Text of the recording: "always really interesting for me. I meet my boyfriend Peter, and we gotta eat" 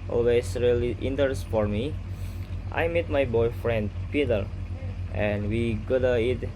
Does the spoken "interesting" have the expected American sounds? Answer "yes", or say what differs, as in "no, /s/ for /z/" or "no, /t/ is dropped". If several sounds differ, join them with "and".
no, /ɹ/ is dropped